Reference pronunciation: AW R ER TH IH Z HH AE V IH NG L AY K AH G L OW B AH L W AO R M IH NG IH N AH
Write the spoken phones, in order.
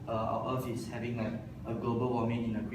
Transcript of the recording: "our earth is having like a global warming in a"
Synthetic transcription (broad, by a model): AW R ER F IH S HH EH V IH NG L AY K AH G L OW B AH L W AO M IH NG IH N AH